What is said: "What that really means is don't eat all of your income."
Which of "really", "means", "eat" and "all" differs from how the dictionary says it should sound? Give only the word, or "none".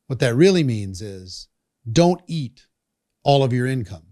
none